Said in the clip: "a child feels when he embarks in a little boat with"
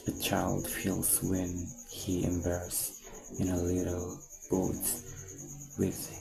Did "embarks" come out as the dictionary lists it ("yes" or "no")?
no